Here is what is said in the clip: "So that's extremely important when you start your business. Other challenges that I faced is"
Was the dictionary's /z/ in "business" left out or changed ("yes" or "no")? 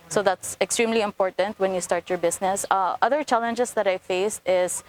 yes